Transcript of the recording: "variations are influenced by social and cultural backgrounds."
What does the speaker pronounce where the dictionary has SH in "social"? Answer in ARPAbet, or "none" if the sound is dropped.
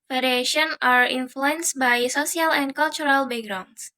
S